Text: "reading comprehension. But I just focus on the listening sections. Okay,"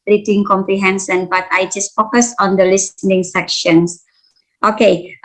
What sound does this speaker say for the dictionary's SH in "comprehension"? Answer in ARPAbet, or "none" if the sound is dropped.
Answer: S